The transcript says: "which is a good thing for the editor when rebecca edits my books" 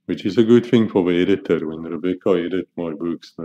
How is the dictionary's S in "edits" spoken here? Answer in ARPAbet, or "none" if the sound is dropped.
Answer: none